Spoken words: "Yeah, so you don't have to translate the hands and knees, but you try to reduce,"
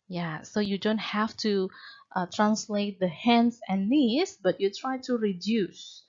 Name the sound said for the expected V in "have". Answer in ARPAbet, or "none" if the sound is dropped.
F